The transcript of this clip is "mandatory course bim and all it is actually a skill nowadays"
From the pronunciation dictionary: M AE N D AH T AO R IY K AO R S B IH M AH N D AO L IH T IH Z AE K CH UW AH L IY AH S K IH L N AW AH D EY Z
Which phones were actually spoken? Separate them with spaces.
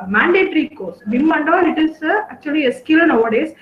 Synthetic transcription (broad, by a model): M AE N D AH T R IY K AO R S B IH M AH N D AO N IH T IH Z AE K CH UW AH L IY AH S K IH L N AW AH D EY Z